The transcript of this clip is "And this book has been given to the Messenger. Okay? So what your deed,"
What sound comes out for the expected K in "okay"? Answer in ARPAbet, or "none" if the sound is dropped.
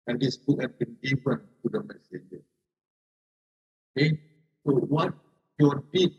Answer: none